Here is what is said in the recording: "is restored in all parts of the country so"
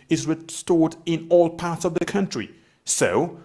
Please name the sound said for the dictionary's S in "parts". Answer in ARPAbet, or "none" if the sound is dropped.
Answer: S